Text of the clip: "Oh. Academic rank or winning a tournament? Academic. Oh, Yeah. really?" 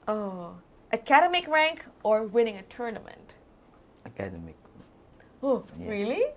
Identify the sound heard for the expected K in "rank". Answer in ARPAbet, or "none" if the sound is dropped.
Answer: K